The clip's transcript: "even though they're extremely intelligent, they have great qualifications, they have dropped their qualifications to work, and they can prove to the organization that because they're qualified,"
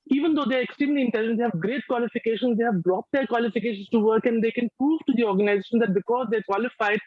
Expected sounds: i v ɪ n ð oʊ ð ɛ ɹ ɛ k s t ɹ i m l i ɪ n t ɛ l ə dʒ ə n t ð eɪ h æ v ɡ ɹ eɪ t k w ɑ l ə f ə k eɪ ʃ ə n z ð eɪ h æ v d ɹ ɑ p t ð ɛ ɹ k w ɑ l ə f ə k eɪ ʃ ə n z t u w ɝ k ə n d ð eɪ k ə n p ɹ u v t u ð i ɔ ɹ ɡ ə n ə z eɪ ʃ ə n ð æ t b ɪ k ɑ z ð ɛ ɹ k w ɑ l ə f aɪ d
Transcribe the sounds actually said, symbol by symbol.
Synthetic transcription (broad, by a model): i v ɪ n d oʊ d ɛ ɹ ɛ k s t i l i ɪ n t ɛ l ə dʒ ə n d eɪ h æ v ɡ ɹ eɪ t k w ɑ l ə f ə k eɪ ʃ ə n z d eɪ h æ v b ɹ ɑ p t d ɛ ɹ k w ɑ l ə f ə k eɪ ʃ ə n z t u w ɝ k ə n d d eɪ k ə n p ɹ u v t u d i ɔ ɹ ɡ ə n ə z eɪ ʃ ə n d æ t b ɪ k ɑ z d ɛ ɹ k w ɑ l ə f aɪ d